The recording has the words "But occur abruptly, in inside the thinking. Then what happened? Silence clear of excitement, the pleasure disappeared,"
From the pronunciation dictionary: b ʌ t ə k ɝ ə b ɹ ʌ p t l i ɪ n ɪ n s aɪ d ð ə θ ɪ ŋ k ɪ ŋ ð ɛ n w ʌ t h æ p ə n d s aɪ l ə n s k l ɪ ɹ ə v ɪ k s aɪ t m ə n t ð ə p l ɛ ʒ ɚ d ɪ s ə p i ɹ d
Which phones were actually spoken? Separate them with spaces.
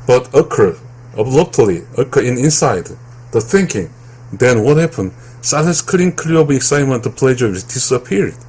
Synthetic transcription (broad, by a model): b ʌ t ə k ɝ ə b l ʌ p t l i ɪ n ɪ n s aɪ d ð ə θ ɪ ŋ k ɪ ŋ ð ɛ n w ʌ t h æ p ə n d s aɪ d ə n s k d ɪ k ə b ɪ k s aɪ t m ə n t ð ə p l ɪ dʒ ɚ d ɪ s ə p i ɹ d